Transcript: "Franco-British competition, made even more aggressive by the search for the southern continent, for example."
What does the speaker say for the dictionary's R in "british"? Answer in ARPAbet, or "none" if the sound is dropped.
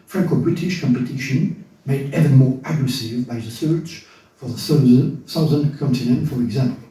R